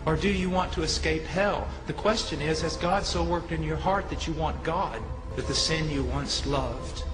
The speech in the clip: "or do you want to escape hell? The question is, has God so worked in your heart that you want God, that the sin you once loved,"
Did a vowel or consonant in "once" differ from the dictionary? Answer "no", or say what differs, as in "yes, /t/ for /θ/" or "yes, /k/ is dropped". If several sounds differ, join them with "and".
no